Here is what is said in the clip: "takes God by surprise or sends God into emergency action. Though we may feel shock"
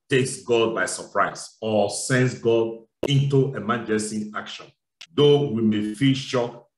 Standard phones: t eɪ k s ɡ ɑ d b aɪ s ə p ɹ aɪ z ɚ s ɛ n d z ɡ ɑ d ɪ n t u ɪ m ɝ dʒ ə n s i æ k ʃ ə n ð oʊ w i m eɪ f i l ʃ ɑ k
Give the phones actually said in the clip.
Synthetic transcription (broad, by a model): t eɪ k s ɡ ɑ d b aɪ s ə p ɹ aɪ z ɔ s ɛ n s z ɡ ɑ d ɪ n t u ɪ m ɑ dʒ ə s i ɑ k ʃ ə n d oʊ w i m eɪ f i l ʃ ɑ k